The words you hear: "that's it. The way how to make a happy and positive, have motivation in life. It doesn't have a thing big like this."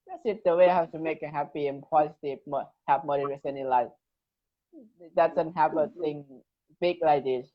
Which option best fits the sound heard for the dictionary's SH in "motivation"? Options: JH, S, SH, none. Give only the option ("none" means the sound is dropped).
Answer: S